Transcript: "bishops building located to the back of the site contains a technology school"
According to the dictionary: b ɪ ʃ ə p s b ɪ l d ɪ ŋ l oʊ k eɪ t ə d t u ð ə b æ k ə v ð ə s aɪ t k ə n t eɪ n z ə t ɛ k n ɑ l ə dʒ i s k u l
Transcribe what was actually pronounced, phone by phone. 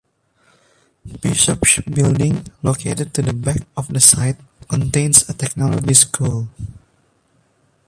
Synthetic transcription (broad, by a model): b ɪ ʃ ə p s b ɪ l d ɪ ŋ l oʊ k eɪ t ə d t u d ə b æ k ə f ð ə s aɪ t k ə n t eɪ n s ə t ɛ k n ɑ l ə dʒ i s k u l